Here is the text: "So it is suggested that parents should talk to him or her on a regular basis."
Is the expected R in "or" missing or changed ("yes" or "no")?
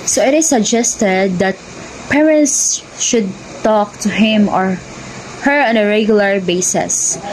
no